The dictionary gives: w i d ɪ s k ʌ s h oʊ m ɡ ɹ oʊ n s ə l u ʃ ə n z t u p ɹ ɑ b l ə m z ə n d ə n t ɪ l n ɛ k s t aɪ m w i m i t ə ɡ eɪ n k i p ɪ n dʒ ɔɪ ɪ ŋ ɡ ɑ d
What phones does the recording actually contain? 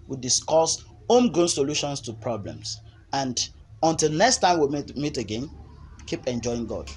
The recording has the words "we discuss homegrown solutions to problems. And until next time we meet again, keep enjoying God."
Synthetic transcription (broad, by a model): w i d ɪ s k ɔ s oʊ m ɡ oʊ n s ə l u ʃ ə n s t u p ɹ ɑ b l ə m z ə n d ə n t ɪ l n ɛ k s t aɪ m w i m i t ə ɡ eɪ n k i p ɪ n dʒ ɔɪ ɪ ŋ ɡ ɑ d